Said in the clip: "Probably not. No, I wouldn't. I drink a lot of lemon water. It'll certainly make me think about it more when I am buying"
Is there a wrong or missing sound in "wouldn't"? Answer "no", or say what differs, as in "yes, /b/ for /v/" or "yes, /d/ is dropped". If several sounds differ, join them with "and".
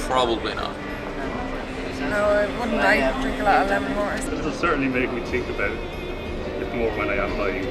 yes, /t/ is dropped